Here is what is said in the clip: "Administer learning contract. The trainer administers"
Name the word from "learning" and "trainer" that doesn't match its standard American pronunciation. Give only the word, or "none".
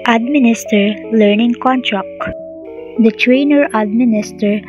none